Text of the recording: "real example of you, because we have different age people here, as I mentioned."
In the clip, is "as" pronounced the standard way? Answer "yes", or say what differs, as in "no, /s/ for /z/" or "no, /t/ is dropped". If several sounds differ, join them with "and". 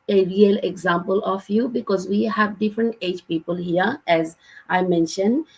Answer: yes